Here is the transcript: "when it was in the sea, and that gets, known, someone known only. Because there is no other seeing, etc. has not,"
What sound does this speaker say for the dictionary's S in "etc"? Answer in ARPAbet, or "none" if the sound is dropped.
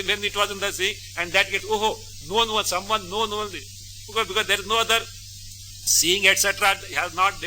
S